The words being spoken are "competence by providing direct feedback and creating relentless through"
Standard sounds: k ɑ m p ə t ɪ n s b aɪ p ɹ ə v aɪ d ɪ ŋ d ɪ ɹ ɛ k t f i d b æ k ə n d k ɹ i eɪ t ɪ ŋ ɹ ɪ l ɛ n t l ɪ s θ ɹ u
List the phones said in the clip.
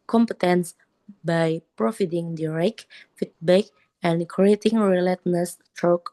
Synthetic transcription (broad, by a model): k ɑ m p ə t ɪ n s b aɪ p ɹ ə f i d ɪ ŋ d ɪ ɹ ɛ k f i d b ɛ k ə n k ɹ i eɪ t ɪ ŋ ɹ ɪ l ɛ t n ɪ s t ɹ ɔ